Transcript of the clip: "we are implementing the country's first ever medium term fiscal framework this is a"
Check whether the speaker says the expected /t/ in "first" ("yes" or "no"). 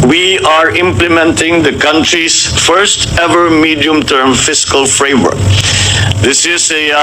yes